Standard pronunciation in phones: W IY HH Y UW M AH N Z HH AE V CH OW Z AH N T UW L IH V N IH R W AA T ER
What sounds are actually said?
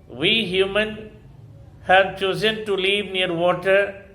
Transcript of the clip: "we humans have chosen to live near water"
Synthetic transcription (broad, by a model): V IY HH Y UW M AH N HH AE V CH OW Z AH N T UW L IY V N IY R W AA T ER